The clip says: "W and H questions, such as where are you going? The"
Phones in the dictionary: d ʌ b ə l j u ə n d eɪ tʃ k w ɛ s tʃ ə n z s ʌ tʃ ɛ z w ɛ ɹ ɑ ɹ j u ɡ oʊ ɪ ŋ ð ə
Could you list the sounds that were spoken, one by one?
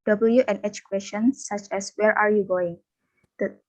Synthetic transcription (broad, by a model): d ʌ b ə l j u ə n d eɪ tʃ k w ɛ s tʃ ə n s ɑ tʃ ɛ s w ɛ ɹ ɑ ɹ j u ɡ oʊ ɪ ŋ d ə